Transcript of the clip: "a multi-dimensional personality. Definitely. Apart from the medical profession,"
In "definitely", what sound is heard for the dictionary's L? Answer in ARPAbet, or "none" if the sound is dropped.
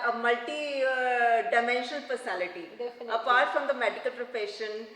none